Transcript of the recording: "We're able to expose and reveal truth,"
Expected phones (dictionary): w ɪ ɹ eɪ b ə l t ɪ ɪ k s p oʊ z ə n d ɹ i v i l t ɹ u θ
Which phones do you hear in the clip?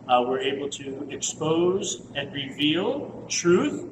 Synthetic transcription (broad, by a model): w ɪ ɹ eɪ b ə l t ɪ ɪ k s p oʊ z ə n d ɹ i v i l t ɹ u θ